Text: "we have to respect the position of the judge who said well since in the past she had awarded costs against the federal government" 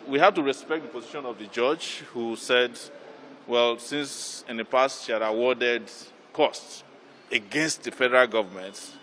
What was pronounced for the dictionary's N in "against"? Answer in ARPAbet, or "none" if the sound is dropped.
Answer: N